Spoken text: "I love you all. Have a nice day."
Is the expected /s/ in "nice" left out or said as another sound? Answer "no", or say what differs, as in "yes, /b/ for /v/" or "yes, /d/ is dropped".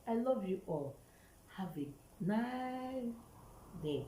yes, /s/ is dropped